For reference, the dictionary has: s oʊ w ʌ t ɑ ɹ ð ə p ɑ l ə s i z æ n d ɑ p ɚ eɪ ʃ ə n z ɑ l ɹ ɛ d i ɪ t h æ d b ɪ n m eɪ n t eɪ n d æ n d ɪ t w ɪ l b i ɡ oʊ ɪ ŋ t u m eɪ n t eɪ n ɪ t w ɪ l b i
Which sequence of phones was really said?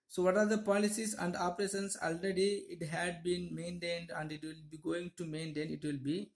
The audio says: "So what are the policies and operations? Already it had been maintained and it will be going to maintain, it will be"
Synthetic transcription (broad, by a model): s oʊ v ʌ t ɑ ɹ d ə p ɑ l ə s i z æ n d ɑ p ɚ eɪ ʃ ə n s ɑ l ɹ ɛ d i ɪ t h æ d b ɪ n m eɪ n t eɪ n d æ n d ɪ t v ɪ l b i ɡ oʊ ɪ ŋ t u m eɪ n t eɪ n ɪ t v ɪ l b i